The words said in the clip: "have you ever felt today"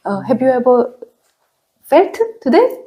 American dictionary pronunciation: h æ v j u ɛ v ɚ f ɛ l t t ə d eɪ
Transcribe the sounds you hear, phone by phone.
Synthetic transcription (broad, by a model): h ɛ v j u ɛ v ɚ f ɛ t t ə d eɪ